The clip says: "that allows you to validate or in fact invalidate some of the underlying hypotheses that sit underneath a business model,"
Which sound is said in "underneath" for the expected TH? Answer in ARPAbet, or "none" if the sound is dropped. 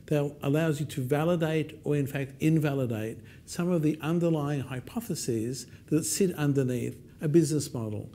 TH